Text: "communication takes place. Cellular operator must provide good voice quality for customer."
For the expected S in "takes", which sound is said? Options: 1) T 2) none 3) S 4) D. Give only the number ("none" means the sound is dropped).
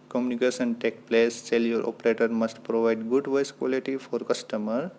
2